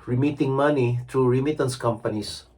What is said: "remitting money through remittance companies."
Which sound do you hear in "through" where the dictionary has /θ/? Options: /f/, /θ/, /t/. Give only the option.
/t/